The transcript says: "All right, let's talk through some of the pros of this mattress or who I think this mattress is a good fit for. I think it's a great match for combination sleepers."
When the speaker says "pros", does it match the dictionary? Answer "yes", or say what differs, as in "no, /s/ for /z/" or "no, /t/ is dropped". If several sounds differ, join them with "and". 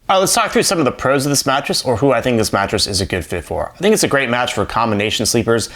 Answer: yes